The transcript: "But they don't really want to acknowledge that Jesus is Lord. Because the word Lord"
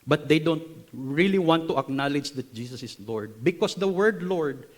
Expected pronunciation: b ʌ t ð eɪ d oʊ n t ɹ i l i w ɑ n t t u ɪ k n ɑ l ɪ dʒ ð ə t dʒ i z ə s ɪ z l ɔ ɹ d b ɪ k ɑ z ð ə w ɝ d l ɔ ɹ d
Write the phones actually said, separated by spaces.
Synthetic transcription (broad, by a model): b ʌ t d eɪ d oʊ n t ɹ i l i w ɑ n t t u ɪ k n ɑ l ɪ dʒ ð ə t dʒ i s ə s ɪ s l ɔ ɹ d b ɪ k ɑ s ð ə w ɝ d l ɔ ɹ d